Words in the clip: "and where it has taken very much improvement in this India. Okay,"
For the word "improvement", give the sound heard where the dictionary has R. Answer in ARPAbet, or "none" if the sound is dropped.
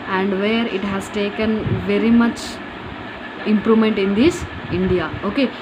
R